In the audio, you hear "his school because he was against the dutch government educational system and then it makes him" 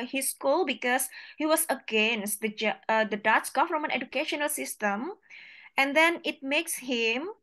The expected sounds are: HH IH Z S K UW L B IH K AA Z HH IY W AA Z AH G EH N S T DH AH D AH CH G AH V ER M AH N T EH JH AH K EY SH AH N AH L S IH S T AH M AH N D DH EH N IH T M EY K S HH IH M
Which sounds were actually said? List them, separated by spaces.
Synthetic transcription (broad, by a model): HH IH S K UW L B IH K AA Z HH IY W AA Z AH G EH N S T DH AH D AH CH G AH F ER M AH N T EH JH AH K EY SH AH N AH L S IH S T AH M AH N D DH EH N IH T M EY K S HH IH M